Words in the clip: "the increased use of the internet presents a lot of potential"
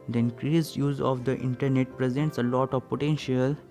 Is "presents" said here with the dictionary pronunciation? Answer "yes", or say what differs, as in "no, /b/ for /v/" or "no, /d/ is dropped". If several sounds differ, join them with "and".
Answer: yes